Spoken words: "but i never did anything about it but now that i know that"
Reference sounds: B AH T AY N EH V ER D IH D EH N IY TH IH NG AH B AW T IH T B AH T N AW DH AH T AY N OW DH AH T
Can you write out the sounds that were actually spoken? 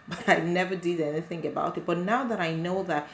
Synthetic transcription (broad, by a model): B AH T AY N EH V ER D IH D EH N IY TH IH NG AH B AW T IH T B AH T N AW DH AH T AY N OW DH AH T